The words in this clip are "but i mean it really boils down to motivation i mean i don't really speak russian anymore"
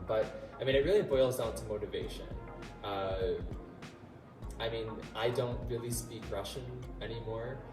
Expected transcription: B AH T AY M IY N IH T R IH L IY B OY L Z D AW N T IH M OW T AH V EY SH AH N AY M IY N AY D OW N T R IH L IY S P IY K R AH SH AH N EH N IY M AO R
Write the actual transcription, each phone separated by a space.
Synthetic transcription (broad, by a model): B AH T AY M IY N IH T R IH L IY B OY L Z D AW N T IH M OW T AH V EY SH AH N AY M IY N AY D OW N T R IH L IY S P IY K R AH SH AH N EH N IY M AO R